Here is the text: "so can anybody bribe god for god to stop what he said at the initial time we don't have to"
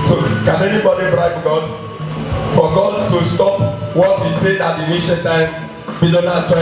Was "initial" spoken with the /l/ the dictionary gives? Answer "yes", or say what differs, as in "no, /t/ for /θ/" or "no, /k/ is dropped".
no, /n/ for /l/